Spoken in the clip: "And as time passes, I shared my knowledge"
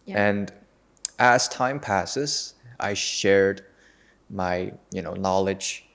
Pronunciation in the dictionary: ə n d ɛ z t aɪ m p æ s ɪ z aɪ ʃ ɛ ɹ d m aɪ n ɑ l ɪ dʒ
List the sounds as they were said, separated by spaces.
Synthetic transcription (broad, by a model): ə n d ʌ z t aɪ m p æ s ɪ z aɪ ʃ ɛ ɹ d m aɪ n ɑ l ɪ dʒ